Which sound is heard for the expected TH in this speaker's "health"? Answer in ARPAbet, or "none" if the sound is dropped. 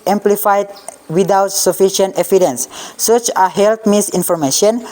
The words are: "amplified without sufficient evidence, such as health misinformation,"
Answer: T